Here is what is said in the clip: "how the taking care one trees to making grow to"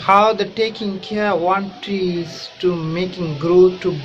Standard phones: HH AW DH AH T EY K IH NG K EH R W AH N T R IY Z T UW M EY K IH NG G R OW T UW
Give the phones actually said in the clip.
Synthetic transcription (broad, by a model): HH AW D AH T EY K IH NG K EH R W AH N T IY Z T UW M EY K IH NG G R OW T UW